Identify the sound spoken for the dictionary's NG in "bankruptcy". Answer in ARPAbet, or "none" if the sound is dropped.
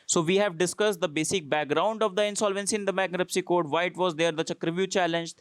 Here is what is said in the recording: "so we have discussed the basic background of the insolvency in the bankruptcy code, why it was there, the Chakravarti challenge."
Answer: none